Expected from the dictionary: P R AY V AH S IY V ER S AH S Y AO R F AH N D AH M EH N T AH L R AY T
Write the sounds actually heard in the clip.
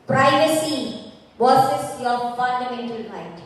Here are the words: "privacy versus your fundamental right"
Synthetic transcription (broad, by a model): P R AY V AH S IY W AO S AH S Y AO F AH N D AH M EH N T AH L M AY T